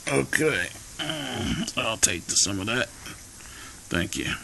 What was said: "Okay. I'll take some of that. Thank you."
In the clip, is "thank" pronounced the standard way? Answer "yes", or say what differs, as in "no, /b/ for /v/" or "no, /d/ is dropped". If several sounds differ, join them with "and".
yes